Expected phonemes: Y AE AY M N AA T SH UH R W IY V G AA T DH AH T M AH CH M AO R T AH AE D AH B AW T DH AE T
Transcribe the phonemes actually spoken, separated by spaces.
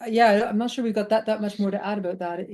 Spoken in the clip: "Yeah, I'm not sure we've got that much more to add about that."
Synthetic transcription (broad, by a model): Y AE AY M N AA T SH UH R W IY V G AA T DH AH T M AH CH M AO R T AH AE D AH B AW T DH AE T